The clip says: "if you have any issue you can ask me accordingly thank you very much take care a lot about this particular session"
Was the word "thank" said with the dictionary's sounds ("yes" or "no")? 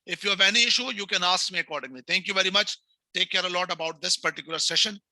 no